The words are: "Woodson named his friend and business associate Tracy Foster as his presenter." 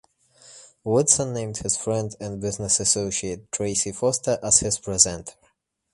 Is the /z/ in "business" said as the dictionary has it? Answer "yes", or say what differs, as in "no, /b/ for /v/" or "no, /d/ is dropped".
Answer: yes